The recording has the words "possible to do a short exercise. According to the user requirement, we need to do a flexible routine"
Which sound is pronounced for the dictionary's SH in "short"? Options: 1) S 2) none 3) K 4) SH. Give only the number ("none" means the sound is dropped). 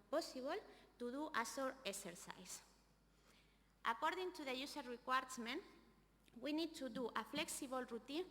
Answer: 1